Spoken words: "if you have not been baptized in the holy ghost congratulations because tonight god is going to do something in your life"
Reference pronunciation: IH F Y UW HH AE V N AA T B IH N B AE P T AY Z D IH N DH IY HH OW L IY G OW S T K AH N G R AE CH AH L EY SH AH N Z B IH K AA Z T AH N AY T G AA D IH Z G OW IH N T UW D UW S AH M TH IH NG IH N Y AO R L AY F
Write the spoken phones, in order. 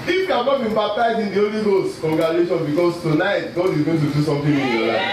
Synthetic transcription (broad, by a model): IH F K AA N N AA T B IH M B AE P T AY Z IH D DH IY OW L IY G OW S T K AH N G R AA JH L EY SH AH N B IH K AA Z T AH N AY T G AA D IH Z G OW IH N T UW D UW S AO M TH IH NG IH N Y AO L AY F